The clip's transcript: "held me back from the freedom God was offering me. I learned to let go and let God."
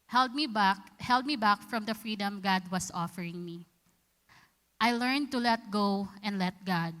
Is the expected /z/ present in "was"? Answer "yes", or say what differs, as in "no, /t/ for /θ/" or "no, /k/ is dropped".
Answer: no, /s/ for /z/